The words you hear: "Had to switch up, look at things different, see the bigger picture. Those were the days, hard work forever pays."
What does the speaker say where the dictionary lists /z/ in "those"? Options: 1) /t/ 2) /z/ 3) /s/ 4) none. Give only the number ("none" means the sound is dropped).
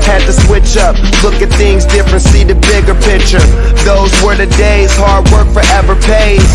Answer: 2